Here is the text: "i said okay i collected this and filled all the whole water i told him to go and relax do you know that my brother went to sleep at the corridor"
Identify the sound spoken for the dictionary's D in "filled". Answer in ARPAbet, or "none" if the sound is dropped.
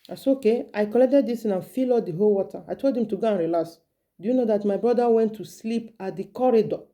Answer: none